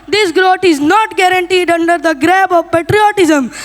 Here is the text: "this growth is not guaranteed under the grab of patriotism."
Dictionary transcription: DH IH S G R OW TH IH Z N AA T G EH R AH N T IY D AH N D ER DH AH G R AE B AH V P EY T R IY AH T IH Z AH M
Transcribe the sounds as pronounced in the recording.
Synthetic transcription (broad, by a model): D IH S G R OW T IH Z N AA T G EH R AH N T IY D AH N D ER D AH G R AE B AH V P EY T R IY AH T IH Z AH M